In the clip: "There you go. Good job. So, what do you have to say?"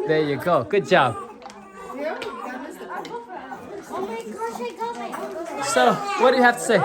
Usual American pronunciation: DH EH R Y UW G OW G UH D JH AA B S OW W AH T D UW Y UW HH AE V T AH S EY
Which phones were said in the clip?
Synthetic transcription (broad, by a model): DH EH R Y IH G OW G UH D JH AA B S OW W AH T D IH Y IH HH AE F T AH S EY